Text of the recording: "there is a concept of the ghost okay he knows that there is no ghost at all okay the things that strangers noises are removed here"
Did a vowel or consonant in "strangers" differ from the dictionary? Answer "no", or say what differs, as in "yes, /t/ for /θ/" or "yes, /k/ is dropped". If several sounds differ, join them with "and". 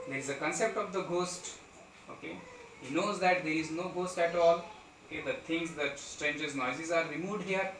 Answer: no